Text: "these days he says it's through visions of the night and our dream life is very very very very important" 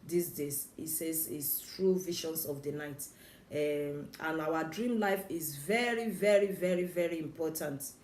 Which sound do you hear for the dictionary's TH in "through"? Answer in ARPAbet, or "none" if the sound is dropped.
T